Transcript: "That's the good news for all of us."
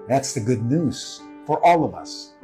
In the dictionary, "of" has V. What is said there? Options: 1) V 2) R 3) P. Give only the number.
1